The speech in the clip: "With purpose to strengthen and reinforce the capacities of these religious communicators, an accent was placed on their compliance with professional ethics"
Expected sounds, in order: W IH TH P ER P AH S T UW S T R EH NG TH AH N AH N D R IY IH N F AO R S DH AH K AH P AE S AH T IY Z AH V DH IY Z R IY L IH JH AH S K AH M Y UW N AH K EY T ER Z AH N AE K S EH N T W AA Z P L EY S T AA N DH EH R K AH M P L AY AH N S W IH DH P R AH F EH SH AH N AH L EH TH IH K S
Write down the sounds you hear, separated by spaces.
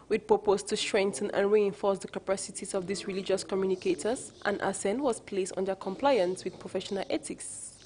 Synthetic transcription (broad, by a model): W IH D P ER P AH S T UW S T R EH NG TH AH N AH N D R IY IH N F AO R S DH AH K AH P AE S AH T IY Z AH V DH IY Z R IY L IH JH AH S K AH M Y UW N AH K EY T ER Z AH N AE S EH N W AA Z P L EY S T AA N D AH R K AH M P L AY AH N S W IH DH P R AH F EH SH AH N AH L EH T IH K S